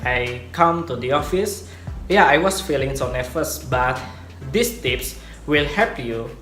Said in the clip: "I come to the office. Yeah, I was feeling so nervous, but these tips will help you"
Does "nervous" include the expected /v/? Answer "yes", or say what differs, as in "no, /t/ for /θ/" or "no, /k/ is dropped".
no, /f/ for /v/